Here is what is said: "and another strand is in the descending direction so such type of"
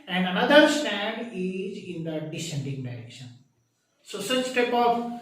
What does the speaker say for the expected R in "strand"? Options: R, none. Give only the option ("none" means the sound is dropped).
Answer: none